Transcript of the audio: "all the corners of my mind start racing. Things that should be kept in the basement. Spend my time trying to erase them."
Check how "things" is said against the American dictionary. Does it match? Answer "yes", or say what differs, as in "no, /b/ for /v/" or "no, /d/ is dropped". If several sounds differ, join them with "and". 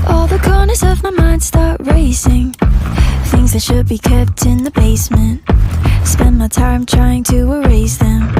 yes